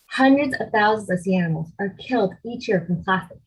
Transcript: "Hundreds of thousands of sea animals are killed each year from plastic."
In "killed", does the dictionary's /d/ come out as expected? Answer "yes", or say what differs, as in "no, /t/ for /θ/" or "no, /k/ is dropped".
yes